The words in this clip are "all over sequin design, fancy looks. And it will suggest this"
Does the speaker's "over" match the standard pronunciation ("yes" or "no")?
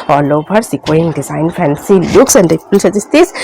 no